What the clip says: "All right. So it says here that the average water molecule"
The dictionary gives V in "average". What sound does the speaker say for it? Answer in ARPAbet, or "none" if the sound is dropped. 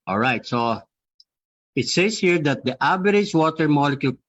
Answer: B